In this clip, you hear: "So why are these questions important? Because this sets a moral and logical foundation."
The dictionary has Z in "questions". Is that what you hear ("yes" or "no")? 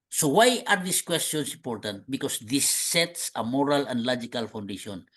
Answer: no